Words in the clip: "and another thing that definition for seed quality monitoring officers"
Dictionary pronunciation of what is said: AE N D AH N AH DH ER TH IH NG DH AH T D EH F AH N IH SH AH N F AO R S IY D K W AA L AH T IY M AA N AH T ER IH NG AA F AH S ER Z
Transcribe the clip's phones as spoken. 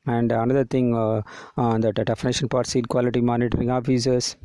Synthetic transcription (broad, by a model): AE N D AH N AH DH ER T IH NG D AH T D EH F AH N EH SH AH N P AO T S IY D K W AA L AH T IY M AA N AH T ER IH NG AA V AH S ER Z